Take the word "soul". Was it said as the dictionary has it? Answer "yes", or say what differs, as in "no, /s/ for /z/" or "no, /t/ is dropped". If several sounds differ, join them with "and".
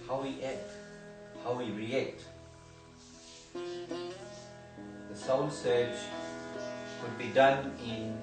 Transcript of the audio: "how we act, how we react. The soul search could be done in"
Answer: no, /n/ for /l/